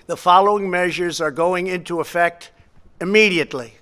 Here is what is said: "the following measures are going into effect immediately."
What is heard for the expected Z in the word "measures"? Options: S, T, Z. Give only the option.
Z